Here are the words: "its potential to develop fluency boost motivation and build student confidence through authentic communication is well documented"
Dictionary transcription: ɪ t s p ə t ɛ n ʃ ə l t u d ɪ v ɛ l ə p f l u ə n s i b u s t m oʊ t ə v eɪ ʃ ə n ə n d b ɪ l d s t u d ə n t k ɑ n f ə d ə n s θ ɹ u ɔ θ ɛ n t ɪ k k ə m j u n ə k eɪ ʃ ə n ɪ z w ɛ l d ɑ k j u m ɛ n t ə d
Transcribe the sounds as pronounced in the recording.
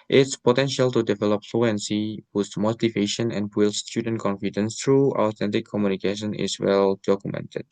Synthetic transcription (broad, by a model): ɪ t s p ə t ɛ n ʃ ə l t u d ɪ v ɛ l ə p f l u ə n s i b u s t m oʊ t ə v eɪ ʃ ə n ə n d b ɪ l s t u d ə n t k ɑ n f ə d ə n s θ ɹ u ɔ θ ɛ n t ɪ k k ə m j u n ə k eɪ ʃ ə n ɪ s w ɛ l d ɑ k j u m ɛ n t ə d